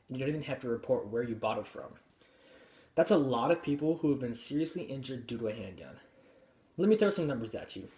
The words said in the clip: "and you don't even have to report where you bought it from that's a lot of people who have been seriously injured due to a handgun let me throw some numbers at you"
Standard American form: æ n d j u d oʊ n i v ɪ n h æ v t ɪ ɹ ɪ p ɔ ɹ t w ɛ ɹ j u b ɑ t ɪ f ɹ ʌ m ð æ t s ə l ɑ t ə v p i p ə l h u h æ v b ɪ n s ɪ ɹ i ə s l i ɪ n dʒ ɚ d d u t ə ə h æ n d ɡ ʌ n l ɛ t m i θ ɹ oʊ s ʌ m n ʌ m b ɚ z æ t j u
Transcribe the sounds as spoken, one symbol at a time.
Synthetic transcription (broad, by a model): n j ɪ d oʊ n i v ɪ n h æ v t ɪ ɹ ɪ p ɔ ɹ t w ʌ ɹ j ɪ b ɑ t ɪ f ɹ ʌ m ð æ t s ə l ɑ t ə v p i p l h u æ v b ɪ n s ɪ ɹ i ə s l i ɪ n dʒ ɚ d d u t ə ə h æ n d ɡ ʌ n l ɛ t m i θ ɹ oʊ s ʌ m n ʌ m b ɚ z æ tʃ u